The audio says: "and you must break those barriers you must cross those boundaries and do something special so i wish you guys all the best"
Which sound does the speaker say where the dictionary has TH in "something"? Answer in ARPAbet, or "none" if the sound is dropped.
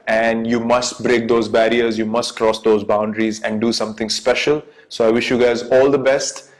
T